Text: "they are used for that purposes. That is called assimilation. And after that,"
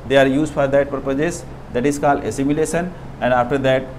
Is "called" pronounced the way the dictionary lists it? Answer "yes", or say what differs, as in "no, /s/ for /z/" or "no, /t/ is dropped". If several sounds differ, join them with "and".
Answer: yes